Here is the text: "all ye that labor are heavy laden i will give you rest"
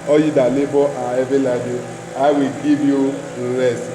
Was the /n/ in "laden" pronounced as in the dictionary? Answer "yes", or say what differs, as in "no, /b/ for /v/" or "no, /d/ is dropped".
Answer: no, /n/ is dropped